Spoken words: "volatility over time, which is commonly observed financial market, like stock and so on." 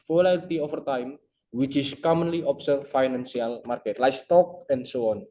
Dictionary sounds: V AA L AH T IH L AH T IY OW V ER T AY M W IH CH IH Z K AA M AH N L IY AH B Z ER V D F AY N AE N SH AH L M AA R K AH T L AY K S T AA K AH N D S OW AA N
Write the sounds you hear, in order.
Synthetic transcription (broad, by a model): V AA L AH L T IY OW F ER T AY M W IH CH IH S K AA M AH N L IY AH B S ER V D F AY N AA N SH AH L M AA R K AH T L AY K S T AA K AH N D S OW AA N